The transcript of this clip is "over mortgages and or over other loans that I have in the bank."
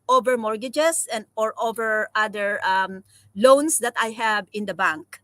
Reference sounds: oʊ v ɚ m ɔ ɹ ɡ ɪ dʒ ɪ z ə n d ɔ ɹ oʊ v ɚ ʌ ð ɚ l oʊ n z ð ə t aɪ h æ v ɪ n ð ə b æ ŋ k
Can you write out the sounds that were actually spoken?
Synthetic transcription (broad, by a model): oʊ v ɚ m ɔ ɹ ɡ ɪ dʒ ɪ s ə n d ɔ ɹ oʊ v ɚ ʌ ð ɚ l oʊ n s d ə t aɪ h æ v ɪ n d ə b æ ŋ k